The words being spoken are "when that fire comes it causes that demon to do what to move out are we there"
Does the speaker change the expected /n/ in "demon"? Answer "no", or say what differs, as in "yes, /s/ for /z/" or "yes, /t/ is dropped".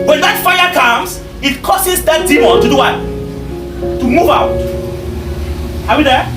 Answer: yes, /l/ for /n/